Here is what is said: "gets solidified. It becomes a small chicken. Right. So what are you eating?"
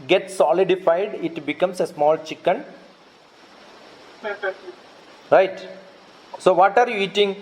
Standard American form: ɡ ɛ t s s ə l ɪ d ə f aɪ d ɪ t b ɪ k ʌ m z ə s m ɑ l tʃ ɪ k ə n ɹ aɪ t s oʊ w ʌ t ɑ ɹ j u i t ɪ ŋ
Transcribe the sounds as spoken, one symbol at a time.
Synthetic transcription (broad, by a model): ɡ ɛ t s s ə l ɪ d ə f aɪ d ɪ t b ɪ k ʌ m s ə s m ɑ l tʃ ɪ k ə n ɹ aɪ t s oʊ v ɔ t ɑ ɹ j u i t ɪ ŋ